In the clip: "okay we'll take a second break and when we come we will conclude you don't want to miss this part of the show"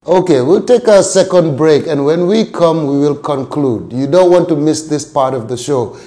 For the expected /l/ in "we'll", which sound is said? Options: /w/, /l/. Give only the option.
/l/